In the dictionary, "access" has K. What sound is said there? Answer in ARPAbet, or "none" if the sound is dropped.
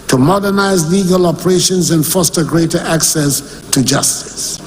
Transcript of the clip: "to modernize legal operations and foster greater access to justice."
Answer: K